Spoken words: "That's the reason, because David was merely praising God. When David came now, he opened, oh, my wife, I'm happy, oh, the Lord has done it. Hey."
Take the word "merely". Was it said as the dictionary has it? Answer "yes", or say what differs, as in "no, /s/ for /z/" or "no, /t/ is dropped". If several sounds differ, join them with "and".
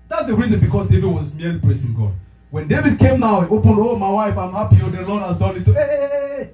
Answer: no, /l/ is dropped